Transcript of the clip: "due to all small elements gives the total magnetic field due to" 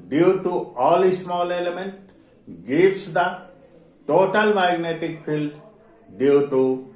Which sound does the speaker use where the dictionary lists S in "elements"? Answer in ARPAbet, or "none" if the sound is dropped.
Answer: none